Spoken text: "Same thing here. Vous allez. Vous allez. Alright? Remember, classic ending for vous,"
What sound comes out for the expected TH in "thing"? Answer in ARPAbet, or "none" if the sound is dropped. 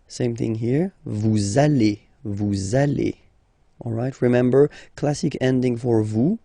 TH